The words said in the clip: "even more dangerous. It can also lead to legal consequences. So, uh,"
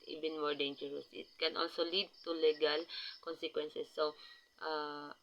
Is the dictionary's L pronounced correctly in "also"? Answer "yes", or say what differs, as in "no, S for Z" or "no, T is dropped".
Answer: yes